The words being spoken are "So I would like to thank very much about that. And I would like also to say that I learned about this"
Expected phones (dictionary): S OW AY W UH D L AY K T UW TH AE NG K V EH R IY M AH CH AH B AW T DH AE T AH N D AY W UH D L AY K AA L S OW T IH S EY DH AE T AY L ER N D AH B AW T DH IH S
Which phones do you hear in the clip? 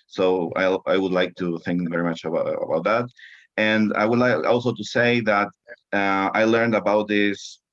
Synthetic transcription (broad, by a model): S OW AY W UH D L AY K T UW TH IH NG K V EH R IY M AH CH AH B AW T DH AE T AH N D AY W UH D L AY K AA L S OW T IH S EY DH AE T AY L ER N D AH B AW T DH IH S